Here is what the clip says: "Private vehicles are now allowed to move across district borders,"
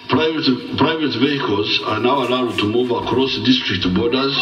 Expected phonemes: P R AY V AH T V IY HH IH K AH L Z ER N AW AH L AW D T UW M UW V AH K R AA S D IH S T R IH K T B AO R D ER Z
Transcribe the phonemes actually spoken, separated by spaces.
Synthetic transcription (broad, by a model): P R AY V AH T V IY HH IH K AH L Z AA N AW AH L AW D T UW M UW V AH K R AA S D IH S T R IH K T B AO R D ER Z